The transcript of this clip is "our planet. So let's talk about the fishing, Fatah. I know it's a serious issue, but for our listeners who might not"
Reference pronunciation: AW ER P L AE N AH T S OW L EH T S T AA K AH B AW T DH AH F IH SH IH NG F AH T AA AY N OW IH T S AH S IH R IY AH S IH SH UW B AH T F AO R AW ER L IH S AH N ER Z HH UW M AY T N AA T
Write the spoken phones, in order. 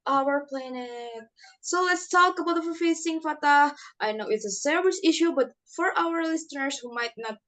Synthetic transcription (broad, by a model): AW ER P L AE N AH T S OW L EH T S T AA K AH B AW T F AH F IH S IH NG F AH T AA AY N OW IH T S AH S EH R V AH S IH SH UW B AH T F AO R AW ER L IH S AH N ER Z HH UW M AY T N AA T